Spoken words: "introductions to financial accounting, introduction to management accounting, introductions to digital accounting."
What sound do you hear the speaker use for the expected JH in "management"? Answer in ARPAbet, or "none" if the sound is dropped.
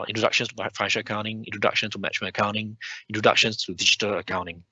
CH